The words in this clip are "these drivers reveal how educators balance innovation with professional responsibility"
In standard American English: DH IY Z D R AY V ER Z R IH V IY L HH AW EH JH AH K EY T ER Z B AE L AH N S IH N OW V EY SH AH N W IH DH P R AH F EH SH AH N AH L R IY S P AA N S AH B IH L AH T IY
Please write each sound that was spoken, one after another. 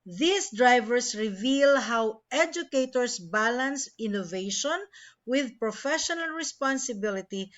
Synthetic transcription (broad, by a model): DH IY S D R AY V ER S R IH V IY L HH AW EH JH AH K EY T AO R B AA L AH N S IH N OW V EY SH AH N W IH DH P R AH F EH SH AH N AH L R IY S P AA N S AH B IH L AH T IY